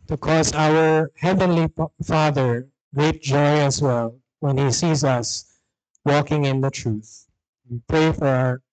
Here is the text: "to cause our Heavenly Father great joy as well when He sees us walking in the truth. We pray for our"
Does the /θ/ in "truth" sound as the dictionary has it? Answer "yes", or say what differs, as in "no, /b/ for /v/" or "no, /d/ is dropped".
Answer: yes